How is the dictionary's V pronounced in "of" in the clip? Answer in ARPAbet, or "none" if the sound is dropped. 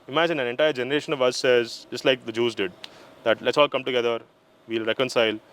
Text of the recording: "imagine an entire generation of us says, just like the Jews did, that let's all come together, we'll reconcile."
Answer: V